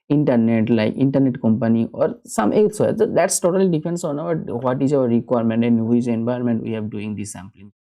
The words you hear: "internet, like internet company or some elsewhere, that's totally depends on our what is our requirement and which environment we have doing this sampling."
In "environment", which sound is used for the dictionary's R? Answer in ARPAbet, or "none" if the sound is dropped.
none